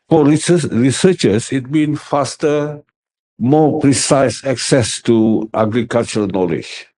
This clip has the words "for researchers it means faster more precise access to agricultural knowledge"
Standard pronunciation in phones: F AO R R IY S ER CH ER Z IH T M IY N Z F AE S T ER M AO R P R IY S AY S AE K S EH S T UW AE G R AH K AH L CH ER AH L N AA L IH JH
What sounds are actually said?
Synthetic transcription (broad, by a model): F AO R R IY S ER CH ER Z IH T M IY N F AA S T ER M AO P R IY S AY S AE K S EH S T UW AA G R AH K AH L CH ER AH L N AA L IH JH